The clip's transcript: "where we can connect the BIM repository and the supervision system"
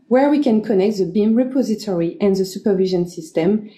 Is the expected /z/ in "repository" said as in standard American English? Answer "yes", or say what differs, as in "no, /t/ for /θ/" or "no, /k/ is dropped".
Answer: yes